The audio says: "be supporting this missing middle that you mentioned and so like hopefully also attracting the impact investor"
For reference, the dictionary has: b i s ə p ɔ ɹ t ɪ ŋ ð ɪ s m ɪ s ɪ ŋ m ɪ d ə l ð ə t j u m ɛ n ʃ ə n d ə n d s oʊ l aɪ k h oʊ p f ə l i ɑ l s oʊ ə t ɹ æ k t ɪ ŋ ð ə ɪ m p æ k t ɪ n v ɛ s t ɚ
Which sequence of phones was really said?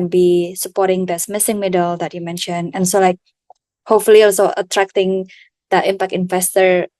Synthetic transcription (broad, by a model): b i s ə p ɔ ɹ t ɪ ŋ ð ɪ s m ɪ s ɪ ŋ m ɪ d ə l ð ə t j u m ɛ n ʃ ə n ə n s oʊ l aɪ k h oʊ p f ə l i ɑ l s oʊ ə t ɹ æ k t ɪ ŋ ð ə ɪ m p æ k t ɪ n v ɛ s t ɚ